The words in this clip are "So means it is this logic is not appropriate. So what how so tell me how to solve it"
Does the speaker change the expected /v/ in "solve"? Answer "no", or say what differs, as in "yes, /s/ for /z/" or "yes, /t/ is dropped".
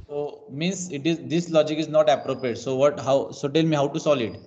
yes, /v/ is dropped